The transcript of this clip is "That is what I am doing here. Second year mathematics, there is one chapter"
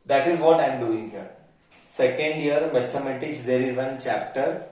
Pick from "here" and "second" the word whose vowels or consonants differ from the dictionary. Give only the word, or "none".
none